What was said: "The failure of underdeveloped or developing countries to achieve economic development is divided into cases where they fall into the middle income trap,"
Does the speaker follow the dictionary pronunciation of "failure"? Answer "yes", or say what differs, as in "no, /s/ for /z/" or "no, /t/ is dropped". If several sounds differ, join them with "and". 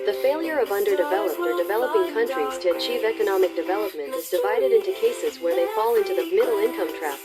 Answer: yes